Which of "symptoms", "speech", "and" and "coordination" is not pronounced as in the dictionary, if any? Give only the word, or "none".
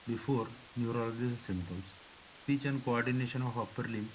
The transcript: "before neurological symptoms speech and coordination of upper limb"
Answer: symptoms